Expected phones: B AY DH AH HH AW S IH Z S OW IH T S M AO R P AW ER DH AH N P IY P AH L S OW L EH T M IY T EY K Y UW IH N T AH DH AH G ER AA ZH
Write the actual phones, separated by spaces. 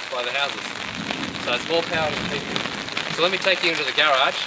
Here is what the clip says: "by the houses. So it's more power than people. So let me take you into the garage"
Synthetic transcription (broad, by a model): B AY DH AH HH AW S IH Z S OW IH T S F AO L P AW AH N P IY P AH S OW L EH T M IY T EY K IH IH N T AH DH AH G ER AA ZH